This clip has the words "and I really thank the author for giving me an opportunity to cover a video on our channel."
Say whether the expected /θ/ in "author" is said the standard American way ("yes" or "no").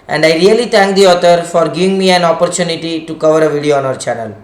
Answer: no